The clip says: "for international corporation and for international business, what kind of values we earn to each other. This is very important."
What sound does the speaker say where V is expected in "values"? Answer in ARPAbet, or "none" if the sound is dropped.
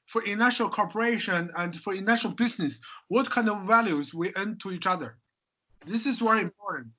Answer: V